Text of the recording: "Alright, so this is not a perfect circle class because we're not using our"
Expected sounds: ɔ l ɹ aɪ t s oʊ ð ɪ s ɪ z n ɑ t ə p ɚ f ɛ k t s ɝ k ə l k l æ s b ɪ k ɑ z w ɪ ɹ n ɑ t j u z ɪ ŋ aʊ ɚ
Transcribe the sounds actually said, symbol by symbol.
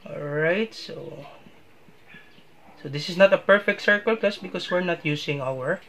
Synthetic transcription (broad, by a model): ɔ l ɹ aɪ t s oʊ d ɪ s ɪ s n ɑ t ə p ɚ f ɛ k t s ɝ k ə l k ʌ s b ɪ k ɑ s w ɪ ɹ n ɑ t j u s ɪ ŋ aʊ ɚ